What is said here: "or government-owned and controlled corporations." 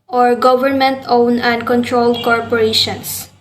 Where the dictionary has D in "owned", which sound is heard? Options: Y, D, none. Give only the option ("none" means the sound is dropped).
none